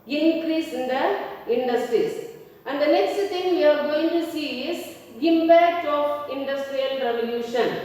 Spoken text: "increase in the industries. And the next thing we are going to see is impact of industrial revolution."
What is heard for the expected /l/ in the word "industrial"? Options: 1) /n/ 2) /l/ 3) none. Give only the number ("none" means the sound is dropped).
2